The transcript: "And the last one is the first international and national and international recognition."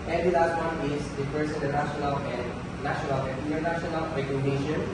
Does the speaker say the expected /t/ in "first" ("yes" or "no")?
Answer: no